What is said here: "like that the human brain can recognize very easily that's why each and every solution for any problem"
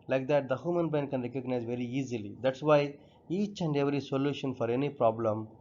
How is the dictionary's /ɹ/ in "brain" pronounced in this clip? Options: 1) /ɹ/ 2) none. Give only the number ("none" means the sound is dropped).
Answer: 2